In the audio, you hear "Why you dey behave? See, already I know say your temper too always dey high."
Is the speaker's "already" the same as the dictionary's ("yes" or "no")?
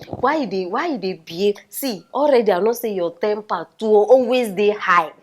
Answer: yes